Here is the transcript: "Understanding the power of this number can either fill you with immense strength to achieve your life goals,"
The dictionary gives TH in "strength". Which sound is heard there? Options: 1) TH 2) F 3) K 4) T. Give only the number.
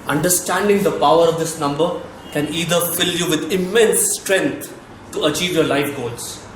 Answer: 4